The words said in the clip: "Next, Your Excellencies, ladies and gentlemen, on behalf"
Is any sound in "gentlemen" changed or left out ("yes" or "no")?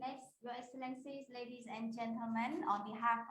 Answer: no